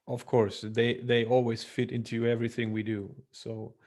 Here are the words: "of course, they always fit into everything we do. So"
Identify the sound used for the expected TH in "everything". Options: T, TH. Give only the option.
TH